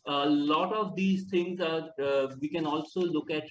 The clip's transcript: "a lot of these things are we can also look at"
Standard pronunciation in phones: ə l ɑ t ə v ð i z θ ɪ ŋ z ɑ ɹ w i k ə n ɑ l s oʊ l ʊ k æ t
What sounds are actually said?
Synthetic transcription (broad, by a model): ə l ɑ t ə v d i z t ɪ ŋ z ɑ ɹ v i k ə n ɑ l s oʊ l ʊ k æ t